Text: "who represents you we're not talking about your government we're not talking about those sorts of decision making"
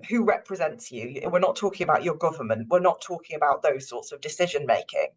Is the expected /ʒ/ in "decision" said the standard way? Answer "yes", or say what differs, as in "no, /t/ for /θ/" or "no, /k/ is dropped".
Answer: yes